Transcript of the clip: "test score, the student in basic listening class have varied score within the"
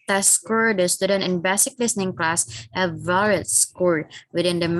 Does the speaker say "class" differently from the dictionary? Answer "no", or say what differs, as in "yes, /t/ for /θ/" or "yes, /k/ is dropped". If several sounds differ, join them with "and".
no